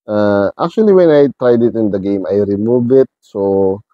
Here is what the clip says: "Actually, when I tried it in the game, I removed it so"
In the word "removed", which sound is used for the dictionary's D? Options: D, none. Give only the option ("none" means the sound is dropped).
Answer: none